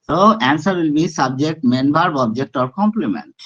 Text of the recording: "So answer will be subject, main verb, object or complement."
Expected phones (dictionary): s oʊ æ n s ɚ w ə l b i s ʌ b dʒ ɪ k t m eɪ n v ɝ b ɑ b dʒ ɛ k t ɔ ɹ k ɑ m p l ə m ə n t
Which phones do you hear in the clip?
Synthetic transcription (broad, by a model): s oʊ æ n s ɚ w ə l b i s ʌ b dʒ ɪ k t m eɪ n b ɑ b ɑ b dʒ ɛ k t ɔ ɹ k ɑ m p l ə m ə n t